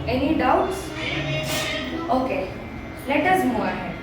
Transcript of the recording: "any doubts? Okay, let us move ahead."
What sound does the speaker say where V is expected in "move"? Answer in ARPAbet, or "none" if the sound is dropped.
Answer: none